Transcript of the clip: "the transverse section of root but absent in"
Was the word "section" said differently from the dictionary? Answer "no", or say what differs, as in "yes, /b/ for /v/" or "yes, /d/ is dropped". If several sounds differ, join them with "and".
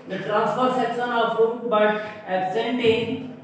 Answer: yes, /s/ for /ʃ/